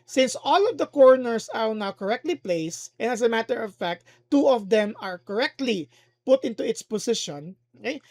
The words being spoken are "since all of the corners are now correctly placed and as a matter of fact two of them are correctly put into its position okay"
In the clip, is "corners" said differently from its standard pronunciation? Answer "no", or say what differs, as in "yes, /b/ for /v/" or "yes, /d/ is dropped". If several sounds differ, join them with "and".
yes, /s/ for /z/